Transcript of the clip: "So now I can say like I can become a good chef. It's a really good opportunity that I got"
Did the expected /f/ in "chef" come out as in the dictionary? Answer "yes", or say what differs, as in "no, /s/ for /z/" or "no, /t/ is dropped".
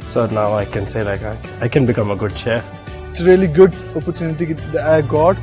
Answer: no, /f/ is dropped